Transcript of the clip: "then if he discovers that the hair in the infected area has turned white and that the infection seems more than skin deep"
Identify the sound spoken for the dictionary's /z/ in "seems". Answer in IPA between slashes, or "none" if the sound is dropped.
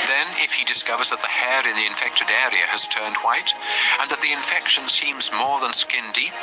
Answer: /z/